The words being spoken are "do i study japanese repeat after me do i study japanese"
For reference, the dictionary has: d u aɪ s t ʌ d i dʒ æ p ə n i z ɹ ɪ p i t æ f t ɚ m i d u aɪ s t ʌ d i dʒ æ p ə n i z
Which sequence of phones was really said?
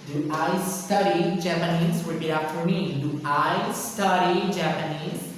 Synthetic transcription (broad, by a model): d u aɪ s t ʌ d i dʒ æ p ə n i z w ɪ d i ɑ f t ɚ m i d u aɪ s t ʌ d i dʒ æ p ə n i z